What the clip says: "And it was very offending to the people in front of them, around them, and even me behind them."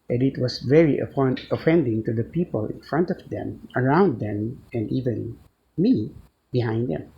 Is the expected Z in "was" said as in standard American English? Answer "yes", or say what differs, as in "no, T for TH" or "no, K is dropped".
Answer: no, S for Z